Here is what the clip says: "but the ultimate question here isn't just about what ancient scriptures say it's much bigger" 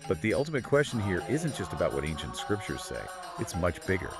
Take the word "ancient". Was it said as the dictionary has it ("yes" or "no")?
yes